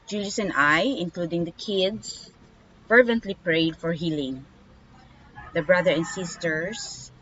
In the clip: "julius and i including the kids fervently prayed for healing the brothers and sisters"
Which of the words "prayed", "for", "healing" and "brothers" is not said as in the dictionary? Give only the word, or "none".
brothers